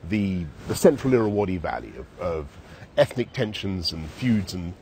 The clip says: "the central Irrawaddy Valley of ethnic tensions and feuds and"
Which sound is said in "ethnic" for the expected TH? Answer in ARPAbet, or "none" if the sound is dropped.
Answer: TH